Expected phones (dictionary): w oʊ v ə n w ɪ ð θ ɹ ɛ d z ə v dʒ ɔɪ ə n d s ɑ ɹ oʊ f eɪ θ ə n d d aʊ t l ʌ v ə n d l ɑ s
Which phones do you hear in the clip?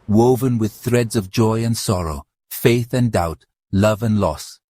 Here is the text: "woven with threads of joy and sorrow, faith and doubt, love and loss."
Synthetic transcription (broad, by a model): w oʊ v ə n w ɪ ð θ ɹ ɛ d z ə v dʒ ɔɪ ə n s ɑ ɹ oʊ f eɪ θ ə n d d aʊ t l ʌ v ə n l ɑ s